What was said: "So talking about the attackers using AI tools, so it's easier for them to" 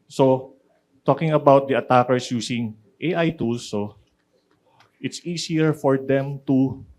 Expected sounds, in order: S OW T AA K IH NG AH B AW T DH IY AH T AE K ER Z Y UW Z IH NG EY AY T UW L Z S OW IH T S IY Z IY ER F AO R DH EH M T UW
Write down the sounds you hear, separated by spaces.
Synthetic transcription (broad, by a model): S OW T AA K IH NG AH B AW T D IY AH T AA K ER S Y UW S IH NG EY AY T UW L S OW IH T S IY S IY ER F AO R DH EH M T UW